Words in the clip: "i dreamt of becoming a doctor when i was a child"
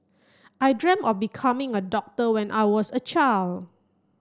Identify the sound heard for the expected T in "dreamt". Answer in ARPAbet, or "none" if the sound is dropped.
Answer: none